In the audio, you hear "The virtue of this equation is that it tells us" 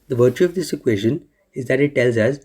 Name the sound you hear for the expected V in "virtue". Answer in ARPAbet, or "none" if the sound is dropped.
V